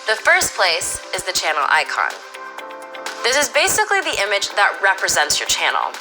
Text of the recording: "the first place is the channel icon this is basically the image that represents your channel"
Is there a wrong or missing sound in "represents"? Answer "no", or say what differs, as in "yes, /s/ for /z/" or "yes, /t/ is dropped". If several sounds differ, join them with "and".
no